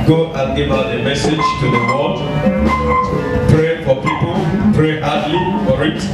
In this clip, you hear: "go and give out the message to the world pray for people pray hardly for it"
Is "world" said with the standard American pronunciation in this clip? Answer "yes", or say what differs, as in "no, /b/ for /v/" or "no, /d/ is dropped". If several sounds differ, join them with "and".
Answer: no, /l/ is dropped